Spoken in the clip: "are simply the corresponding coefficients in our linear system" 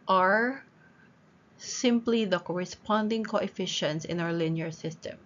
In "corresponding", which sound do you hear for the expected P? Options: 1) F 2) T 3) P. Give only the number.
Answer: 3